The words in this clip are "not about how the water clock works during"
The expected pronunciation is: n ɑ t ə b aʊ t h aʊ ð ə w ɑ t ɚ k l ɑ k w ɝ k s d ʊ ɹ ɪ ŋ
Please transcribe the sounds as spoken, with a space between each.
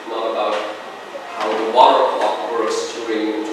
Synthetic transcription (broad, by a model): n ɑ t ə b aʊ t h aʊ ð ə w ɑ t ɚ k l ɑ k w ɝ s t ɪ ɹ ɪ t